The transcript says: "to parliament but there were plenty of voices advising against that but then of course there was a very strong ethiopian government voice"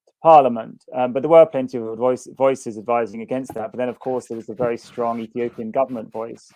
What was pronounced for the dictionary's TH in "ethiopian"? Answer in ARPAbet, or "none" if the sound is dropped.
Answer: TH